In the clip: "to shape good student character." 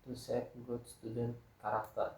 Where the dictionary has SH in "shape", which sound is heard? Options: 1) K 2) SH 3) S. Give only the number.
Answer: 3